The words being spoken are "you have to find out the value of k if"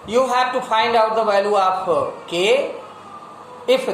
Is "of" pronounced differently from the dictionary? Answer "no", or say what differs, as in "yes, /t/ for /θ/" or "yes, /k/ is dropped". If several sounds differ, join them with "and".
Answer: yes, /p/ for /v/